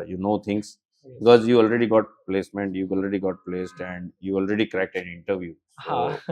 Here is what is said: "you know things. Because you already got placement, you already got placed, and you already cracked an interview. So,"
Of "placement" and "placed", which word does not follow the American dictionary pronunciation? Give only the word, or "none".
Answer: none